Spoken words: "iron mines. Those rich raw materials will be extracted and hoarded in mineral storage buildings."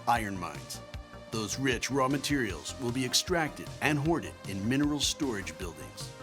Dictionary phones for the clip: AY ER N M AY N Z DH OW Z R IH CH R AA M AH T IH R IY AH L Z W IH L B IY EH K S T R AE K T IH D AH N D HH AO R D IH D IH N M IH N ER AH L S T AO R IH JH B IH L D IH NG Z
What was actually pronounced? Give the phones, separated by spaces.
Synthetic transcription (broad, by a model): AY ER N M AY N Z DH OW Z R IH CH R AA M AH T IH R IY L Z W IH L B IY EH K S T R AE K T IH D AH N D HH AO R D IH D IH N M IH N ER L S T AO R IH JH B IH L D IH NG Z